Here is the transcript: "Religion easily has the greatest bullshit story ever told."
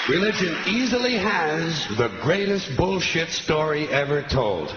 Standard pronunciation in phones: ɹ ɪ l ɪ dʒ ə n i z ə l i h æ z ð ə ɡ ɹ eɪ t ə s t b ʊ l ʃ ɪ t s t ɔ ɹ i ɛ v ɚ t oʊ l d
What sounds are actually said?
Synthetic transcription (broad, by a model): ɹ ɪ l ɪ dʒ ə n i z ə l i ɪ z ð ə ɡ ɹ eɪ t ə s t b ʊ l ʃ ɪ t s t ɔ ɹ i ɛ v ɚ t oʊ l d